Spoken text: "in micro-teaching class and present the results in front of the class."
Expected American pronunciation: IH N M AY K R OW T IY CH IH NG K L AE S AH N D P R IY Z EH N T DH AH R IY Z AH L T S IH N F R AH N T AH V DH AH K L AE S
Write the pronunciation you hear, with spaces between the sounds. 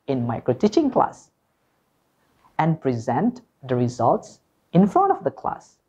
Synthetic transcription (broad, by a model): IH N M AY K R OW T IY CH IH NG K L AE S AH N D P R IY Z EH N T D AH R IY Z AH L T S IH N F R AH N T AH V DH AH K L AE S